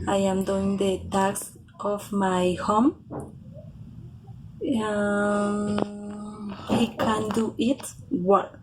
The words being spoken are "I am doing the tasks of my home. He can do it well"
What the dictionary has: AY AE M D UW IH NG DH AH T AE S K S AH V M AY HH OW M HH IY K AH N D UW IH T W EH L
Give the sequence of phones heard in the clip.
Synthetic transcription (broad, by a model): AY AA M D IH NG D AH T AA K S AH F M AY HH OW M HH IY K AH N D UW IH T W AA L